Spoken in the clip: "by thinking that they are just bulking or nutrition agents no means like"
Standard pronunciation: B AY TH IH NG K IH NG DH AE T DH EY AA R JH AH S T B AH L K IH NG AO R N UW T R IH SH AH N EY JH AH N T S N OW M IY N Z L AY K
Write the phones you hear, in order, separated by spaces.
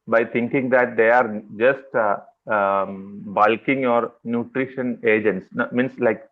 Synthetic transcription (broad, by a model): B AY T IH NG K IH NG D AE T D EY AA R JH AH S T B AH L K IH NG AO R N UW T R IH SH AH N EY JH AH N T S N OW M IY N S L AY K